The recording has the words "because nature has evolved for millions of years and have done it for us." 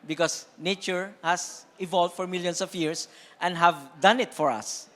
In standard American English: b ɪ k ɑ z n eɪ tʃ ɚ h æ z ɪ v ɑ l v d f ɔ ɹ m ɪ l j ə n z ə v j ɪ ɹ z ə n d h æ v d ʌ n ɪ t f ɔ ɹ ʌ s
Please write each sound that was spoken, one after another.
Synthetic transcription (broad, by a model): b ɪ k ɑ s n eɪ tʃ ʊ h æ s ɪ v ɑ l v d f ɔ ɹ m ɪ l j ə n s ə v j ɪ ɹ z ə n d h æ v d ʌ n ɪ t f ɔ ɹ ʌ s